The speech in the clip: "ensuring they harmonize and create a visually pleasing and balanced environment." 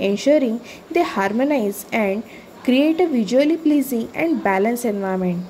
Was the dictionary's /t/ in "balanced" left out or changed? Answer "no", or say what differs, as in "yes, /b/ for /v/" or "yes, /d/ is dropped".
yes, /t/ is dropped